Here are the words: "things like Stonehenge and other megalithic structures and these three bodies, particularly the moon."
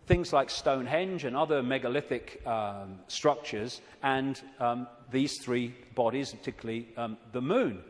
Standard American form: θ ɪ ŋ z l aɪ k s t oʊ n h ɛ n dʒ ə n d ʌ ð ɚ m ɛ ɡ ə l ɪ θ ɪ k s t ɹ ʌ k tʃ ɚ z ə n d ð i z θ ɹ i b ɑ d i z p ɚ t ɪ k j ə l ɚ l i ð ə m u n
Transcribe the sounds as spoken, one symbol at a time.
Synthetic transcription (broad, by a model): θ ɪ ŋ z l aɪ k s t oʊ n h ɛ n dʒ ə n ʌ ð ɚ m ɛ ɡ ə l ɪ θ ɪ k s t ɹ ʌ k tʃ ɚ z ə n ð i z θ ɹ i b ɑ d i z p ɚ t ɪ k j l l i ð ə m u n